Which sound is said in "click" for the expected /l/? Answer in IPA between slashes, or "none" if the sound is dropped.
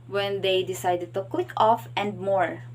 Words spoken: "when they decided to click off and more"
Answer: /w/